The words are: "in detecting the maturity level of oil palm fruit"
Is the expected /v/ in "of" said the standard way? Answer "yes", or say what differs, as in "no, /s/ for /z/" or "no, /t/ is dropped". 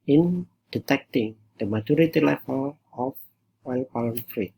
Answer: no, /w/ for /v/